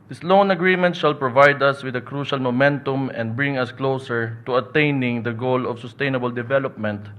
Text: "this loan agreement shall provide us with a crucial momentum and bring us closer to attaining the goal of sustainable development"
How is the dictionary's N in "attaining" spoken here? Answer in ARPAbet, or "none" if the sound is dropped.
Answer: N